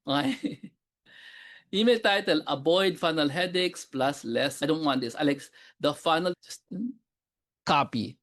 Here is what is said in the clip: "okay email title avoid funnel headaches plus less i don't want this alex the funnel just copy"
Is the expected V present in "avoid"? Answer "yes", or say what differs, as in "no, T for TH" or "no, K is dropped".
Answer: no, B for V